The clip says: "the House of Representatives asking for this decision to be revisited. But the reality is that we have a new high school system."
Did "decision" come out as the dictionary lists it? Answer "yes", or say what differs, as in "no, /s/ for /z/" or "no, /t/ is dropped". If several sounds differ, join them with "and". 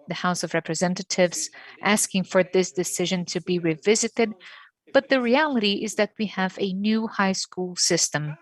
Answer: yes